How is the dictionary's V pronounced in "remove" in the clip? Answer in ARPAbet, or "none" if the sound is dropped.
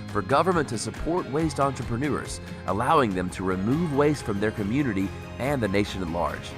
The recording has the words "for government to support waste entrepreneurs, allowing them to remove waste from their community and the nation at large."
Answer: V